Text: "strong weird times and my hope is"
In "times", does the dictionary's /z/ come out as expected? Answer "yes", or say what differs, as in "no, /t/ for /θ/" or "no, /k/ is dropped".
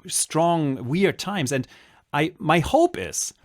yes